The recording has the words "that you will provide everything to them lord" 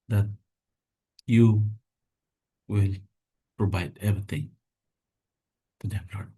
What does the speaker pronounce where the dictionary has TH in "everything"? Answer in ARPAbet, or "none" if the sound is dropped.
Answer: T